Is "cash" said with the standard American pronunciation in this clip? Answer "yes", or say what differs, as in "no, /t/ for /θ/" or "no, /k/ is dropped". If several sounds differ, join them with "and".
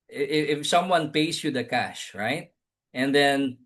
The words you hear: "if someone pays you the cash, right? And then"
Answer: yes